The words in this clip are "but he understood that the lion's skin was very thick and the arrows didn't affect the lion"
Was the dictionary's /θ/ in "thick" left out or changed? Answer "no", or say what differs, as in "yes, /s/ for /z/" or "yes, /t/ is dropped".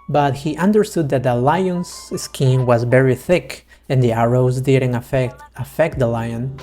no